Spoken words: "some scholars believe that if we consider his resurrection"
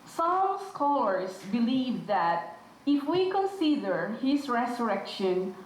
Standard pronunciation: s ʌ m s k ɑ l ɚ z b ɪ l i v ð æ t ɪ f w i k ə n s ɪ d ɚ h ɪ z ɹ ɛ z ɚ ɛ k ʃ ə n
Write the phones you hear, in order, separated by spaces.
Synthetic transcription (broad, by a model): s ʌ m s k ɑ l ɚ s b ɪ l i v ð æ t ɪ f w i k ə n s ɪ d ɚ h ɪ s ɹ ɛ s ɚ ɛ k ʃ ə n